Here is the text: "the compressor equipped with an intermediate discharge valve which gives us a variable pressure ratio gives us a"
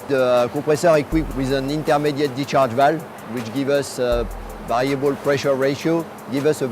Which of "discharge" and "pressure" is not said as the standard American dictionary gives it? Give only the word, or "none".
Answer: discharge